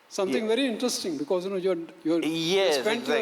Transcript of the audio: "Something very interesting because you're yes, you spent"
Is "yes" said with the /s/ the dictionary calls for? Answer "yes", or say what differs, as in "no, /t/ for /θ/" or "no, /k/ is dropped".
no, /s/ is dropped